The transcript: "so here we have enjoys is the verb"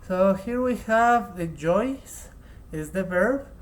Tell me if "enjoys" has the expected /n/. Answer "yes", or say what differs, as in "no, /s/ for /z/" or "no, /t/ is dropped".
no, /n/ is dropped